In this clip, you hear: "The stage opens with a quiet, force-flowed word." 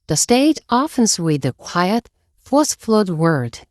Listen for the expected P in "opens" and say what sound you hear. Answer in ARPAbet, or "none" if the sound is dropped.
F